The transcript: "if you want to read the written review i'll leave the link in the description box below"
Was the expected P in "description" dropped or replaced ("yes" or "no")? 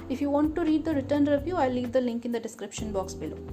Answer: no